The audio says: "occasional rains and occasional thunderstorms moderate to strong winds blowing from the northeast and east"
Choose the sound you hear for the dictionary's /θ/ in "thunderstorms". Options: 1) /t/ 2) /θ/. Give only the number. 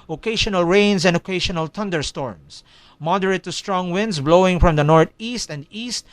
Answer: 1